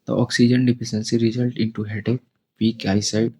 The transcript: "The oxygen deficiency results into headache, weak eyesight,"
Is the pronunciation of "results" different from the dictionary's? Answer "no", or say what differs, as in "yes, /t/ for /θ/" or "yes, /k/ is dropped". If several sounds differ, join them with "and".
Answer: yes, /s/ is dropped